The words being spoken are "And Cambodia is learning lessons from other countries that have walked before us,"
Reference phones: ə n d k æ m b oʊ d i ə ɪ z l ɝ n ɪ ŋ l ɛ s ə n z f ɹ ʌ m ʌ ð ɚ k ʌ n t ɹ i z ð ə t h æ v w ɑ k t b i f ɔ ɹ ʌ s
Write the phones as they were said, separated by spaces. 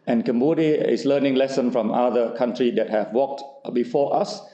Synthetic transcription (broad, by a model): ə n k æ m b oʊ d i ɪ s l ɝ n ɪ ŋ l ɛ s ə n f ɹ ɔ m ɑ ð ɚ k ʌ n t ɹ i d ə t h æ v w ɑ k t b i f ɔ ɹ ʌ s